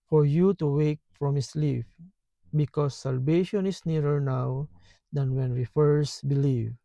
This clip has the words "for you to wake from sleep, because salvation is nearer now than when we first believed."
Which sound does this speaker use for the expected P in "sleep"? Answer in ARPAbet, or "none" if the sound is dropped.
F